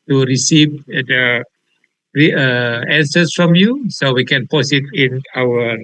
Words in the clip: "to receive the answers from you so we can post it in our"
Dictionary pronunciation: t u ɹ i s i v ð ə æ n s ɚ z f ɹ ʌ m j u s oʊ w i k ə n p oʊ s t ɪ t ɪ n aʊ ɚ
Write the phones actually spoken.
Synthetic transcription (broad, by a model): t u ɹ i s i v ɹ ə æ n s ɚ s f ɹ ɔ m j u s oʊ w i k ə n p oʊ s ɪ t ɪ n aʊ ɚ